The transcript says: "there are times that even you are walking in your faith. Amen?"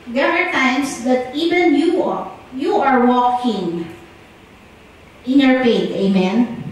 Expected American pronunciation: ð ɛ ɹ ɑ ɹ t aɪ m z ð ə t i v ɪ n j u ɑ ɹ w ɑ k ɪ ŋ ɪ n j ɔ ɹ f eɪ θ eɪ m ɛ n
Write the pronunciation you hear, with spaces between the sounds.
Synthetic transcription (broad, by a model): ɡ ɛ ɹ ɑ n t aɪ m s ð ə t i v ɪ n j u ɑ ɹ w ɑ k ɪ ŋ ɪ n j ɔ ɹ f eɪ t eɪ m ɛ n